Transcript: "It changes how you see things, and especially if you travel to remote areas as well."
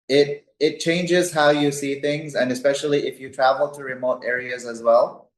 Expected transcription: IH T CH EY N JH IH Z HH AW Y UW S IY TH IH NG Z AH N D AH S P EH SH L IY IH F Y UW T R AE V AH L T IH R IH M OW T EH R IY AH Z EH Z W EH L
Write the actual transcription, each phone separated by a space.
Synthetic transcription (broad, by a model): IH T CH EY N JH IH Z HH AW Y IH S IY TH IH NG Z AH N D AH S P EH SH L IY IH F Y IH T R AE V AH L T IH R IH M OW T EH R IY AH Z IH Z W EH L